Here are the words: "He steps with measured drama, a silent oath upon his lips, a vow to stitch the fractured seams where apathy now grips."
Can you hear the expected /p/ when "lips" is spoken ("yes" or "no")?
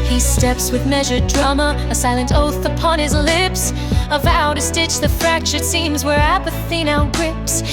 yes